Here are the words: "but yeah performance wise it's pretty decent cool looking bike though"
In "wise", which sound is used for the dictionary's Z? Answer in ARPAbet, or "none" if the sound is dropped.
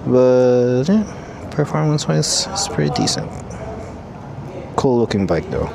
none